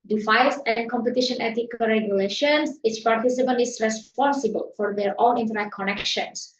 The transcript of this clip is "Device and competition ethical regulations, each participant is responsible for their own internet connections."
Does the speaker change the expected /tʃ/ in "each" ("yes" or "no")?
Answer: yes